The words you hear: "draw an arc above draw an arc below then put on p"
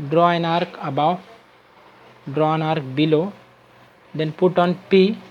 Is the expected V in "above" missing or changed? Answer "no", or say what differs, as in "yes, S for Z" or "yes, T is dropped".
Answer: yes, W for V